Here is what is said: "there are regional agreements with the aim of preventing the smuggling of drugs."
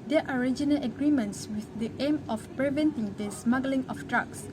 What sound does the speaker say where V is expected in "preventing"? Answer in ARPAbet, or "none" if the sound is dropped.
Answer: V